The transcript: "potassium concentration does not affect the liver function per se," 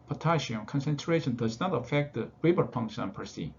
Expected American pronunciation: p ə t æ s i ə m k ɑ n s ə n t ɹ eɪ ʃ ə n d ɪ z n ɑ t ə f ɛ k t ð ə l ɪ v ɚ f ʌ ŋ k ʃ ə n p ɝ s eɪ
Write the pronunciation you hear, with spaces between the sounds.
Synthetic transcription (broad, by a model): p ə t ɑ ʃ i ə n k ɑ n s ə n t ɹ eɪ ʃ ə n d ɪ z n ɑ t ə f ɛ k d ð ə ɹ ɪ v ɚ p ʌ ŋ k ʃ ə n p ɝ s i